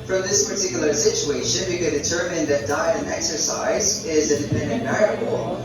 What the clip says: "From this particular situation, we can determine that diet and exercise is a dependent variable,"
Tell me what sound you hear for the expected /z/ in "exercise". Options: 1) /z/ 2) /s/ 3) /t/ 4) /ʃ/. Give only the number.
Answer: 1